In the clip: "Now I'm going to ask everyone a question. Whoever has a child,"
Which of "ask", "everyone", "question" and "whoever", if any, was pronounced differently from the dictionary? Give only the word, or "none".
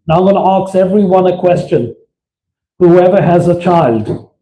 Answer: ask